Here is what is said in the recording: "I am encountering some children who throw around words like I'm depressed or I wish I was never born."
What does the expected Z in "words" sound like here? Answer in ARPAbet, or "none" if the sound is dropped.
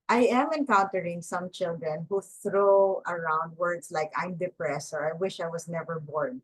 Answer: S